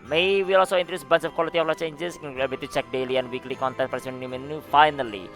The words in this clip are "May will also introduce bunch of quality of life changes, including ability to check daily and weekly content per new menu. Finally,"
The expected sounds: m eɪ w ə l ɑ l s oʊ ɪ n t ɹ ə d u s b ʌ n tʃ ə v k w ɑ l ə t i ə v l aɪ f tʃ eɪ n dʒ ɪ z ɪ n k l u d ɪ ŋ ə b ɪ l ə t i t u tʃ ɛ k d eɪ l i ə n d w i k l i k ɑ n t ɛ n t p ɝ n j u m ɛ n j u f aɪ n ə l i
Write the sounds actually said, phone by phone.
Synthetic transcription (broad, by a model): m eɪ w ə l ɑ l s oʊ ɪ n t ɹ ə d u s b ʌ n s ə f k w ɑ l ə t i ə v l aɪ tʃ eɪ n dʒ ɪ s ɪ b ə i t u tʃ ɛ k d eɪ l i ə n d w i k l i k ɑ n t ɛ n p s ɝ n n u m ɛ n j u f aɪ n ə l i